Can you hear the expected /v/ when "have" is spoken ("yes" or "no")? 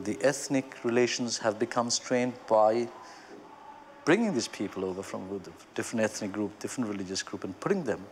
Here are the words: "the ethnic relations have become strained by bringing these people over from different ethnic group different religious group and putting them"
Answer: yes